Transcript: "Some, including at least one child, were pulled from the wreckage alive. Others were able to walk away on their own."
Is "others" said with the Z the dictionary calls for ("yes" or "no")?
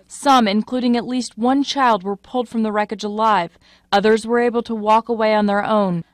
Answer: yes